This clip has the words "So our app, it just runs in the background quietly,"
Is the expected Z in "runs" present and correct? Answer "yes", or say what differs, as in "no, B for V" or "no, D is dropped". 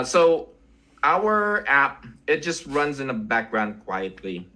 yes